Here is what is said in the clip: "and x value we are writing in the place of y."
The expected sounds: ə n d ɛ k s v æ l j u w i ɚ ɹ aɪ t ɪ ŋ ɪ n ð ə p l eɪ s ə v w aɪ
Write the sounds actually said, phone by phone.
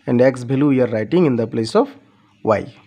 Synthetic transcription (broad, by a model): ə n d ɛ k s b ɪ l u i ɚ ɹ aɪ t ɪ ŋ ɪ n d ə p l eɪ s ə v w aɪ